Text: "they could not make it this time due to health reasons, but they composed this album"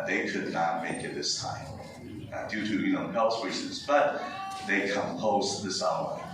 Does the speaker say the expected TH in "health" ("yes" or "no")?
no